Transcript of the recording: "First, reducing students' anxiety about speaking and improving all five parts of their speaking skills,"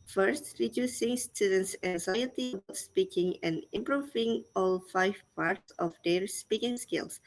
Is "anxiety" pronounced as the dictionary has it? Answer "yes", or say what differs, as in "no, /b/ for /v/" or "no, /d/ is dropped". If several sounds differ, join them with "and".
yes